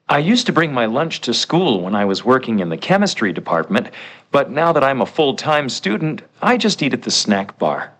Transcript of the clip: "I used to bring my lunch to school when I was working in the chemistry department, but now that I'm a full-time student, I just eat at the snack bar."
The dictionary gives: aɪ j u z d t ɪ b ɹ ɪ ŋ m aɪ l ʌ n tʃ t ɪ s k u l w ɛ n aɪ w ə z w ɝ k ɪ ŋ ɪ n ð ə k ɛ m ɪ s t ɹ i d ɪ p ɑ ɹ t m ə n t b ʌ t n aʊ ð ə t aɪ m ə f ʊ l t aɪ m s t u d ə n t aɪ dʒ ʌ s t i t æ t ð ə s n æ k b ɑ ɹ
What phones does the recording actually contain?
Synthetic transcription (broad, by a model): aɪ j u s t ɪ b ɹ ɪ ŋ m aɪ l ʌ n tʃ t ɪ s k u l w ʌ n aɪ w ə z w ɝ k ɪ ŋ ɪ n ð ə k ɛ m ɪ s t ɹ i d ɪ p ɑ ɹ t m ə n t b ʌ t n aʊ ð ə t aɪ m ə f ʊ l t aɪ m s t u d n t aɪ dʒ ʌ s t i t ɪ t ð ə s n æ k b ɑ ɹ